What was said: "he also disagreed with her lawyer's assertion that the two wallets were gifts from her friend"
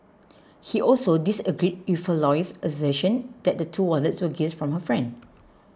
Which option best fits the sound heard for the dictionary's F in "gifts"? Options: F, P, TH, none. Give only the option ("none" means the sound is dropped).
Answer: none